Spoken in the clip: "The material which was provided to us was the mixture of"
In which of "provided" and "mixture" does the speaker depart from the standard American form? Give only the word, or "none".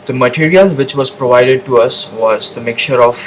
mixture